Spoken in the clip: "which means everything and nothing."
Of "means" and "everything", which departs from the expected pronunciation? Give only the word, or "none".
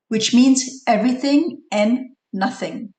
none